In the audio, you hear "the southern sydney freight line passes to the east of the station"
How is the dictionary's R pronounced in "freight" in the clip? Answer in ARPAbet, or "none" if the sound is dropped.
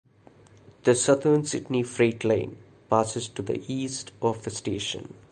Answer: R